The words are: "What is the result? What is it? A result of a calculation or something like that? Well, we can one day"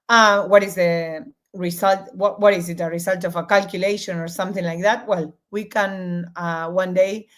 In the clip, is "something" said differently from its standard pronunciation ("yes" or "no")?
no